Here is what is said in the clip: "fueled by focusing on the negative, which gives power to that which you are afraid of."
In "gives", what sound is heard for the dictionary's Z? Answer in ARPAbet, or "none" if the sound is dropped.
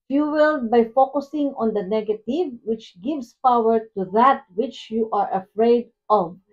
S